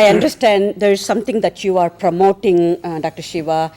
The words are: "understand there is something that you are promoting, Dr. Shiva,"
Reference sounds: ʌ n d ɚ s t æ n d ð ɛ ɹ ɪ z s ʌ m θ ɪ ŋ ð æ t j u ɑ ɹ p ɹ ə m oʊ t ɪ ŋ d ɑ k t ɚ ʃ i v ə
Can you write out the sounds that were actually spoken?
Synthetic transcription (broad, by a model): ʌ n d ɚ s t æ n d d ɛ ɹ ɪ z s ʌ m t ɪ ŋ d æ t j u ɑ ɹ p ɹ ə m oʊ t ɪ ŋ d ɑ k t ɚ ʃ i v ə